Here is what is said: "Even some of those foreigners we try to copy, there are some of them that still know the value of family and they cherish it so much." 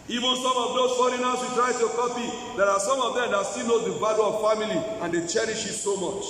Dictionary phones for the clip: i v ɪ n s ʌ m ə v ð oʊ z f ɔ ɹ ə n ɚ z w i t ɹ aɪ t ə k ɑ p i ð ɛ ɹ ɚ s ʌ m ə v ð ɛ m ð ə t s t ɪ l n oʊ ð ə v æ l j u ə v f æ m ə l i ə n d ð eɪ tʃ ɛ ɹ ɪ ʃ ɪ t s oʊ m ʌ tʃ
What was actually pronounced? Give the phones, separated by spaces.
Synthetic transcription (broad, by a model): i v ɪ n s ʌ m ə v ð oʊ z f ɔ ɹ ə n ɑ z w i t ɹ aɪ t ə k ɑ p i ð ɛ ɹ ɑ s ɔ m ə v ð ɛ m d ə t s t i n oʊ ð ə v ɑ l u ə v f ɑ m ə l i ə n d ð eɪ tʃ ɛ ɹ ɪ ʃ ɪ t s oʊ m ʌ tʃ